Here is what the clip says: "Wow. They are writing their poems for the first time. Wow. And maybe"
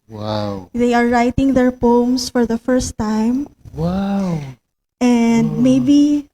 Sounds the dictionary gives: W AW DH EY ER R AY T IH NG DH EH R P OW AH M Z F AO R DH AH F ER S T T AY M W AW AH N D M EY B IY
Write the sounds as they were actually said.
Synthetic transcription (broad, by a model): W AW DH EY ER R AY T IH NG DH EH R P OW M S F AO R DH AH F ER S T T AY M W AW AH N D M EY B IY